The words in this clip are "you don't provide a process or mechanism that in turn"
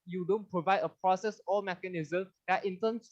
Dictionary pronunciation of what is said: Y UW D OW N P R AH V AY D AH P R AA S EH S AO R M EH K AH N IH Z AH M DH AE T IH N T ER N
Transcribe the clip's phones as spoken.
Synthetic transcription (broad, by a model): Y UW D OW N P R AH V AY D AH P R AA S EH S AO L M EH K AH N IH Z AH M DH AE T IH N T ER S